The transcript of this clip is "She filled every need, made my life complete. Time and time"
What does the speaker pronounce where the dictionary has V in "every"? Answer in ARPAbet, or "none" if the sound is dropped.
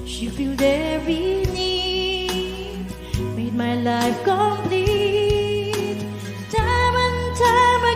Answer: none